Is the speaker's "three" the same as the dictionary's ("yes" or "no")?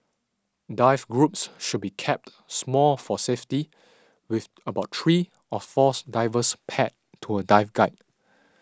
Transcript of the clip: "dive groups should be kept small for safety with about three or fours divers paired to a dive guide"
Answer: no